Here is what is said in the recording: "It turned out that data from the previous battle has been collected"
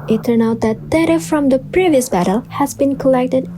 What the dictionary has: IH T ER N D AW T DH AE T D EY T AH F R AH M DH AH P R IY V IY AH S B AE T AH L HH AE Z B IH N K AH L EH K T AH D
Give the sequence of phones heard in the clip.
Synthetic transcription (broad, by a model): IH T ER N AW T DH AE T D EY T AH F R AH M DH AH P R IY V IY AH S B AE T AH L HH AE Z B IH N K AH L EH K T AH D